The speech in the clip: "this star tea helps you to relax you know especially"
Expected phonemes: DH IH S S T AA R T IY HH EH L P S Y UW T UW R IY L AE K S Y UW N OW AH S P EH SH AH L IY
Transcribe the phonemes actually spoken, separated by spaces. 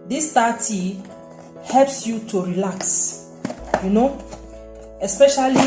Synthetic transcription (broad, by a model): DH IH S S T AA T IY HH EH L P S Y UW T UW R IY L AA K S Y UW N OW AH S P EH SH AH L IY